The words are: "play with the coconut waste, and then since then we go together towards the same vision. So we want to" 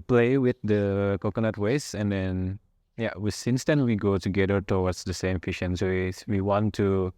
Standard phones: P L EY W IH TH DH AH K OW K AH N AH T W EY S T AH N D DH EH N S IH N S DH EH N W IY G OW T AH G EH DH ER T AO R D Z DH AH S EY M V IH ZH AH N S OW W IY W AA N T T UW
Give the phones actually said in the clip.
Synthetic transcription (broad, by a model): P L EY W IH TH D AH K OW K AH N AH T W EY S AH N D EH N S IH N S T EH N W IY G OW T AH G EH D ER T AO W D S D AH S EY M F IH SH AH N S OW W IY W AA N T T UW